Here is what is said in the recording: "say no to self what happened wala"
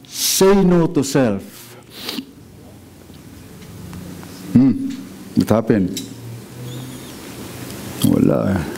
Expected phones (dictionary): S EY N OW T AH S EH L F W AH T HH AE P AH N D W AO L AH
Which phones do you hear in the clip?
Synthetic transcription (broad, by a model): S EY N OW T AH S EH L F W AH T HH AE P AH N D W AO L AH